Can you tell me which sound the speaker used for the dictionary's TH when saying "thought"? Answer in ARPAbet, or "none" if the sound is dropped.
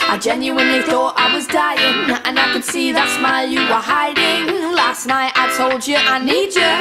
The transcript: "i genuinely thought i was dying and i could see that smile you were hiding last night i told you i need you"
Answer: TH